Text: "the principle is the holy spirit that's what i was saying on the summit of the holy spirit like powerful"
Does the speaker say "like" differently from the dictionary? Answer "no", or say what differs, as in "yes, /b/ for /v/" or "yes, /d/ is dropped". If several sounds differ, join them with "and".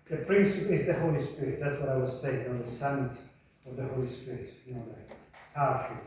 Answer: yes, /n/ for /l/